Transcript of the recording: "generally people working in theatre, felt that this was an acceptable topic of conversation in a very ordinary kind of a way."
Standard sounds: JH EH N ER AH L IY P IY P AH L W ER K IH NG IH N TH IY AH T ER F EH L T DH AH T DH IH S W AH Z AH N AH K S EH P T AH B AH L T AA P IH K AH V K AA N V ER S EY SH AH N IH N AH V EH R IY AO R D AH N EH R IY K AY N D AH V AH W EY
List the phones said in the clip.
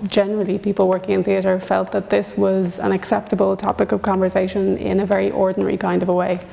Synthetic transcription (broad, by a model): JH EH N ER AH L IY P IY P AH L W ER K IH NG IH N TH IY AH T ER F EH L T DH AH T DH IH S W AH Z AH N AH K S EH P T AH B AH L T AA P IH K AH V K AA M V ER S EY SH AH N IH N AH V EH R IY AO R D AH N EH R IY K AY N D AH V AH W EY